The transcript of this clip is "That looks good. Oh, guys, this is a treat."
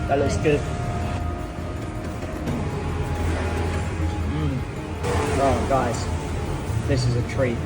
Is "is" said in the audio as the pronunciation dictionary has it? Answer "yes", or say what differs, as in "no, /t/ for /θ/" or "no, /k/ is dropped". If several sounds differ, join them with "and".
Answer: yes